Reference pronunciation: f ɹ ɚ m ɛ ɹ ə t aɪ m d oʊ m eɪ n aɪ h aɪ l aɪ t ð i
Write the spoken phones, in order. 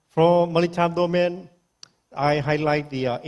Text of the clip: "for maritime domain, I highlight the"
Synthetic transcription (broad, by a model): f ɹ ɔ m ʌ l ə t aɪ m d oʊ m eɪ n aɪ h aɪ l aɪ t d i